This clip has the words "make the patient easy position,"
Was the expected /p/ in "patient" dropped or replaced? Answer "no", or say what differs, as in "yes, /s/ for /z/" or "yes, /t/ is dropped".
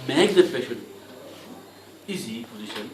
yes, /f/ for /p/